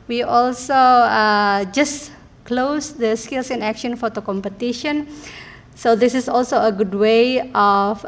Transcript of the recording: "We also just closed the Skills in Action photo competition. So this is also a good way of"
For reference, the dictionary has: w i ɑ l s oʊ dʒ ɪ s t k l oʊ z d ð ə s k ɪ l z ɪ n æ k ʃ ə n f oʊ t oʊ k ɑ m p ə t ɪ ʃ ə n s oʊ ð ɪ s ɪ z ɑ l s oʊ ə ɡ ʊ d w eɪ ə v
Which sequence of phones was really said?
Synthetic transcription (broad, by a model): w i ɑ l s oʊ dʒ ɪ s k l oʊ s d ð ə s k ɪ l s ɪ n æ k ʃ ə n f oʊ t oʊ k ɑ m p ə t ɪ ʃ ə n s oʊ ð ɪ s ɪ s ɑ l s oʊ ə ɡ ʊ d w eɪ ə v